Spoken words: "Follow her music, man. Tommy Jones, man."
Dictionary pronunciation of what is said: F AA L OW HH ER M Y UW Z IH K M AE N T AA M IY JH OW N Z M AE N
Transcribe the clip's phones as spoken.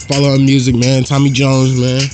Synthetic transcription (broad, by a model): F AA L OW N M Y UW Z IH K M AE N T AA M IY JH OW N Z M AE N